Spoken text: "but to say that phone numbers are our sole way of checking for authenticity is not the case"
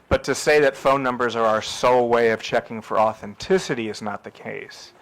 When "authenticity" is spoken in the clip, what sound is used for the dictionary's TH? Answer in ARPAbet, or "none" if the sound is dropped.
TH